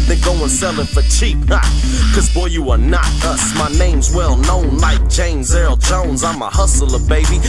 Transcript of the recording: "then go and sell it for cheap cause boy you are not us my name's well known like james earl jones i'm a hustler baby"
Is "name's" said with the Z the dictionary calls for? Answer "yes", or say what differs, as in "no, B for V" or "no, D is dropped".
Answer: yes